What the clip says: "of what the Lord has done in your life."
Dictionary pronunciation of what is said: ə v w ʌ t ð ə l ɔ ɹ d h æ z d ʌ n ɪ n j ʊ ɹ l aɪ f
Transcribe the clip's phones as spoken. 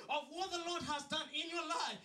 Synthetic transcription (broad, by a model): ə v w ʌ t ð ə l ɔ ɹ d h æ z d ʌ n ɪ n j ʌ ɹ l aɪ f